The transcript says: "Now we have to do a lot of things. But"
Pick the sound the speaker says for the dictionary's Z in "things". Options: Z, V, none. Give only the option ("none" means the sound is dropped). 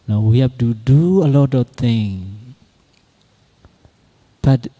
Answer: none